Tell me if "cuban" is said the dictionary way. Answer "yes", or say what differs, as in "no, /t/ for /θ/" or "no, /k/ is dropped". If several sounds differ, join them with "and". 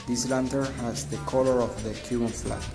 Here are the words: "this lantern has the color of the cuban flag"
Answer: no, /b/ is dropped